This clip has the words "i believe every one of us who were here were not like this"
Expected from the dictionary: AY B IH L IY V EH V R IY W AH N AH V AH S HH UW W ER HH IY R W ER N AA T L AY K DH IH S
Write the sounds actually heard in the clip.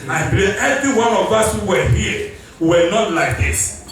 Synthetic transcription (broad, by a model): AY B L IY EH V R IY W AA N AH V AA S HH UW W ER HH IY W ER N AA T L AY K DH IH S